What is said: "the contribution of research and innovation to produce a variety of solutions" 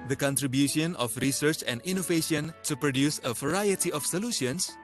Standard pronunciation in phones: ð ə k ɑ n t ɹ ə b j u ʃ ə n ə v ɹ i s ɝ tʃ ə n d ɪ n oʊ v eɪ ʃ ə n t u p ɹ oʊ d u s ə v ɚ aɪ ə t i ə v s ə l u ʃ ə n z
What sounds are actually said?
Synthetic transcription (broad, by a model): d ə k ɑ n t ɹ ə b j u ʃ ə n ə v ɹ i s ɝ tʃ ə n d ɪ n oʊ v eɪ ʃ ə n t u p ɹ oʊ d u s ə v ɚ aɪ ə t i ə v s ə l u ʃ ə n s